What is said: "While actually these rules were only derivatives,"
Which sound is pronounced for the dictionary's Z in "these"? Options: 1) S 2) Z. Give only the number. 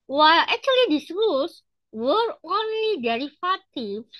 1